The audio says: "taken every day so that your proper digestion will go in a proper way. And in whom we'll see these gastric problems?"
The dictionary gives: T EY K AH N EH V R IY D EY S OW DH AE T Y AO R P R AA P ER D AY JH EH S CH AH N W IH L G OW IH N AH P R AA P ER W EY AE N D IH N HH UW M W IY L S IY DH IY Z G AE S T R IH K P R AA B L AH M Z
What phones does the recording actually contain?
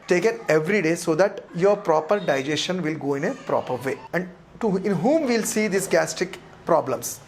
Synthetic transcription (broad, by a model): T EY K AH N EH V R IY D EY S OW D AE T Y AO R P R AA P ER D AY JH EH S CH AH N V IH L G OW IH N AH P R AA P ER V EY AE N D IH N HH UW M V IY L S IY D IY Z G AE S T IH K P R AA B L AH M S